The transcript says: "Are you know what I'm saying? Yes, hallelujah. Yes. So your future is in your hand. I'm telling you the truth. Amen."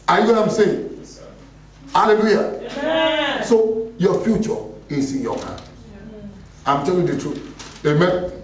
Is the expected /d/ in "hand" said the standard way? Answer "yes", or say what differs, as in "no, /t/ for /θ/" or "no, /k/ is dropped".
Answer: no, /d/ is dropped